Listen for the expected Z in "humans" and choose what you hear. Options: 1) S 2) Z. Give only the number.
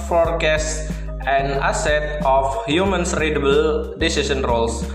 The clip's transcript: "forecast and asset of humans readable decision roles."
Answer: 1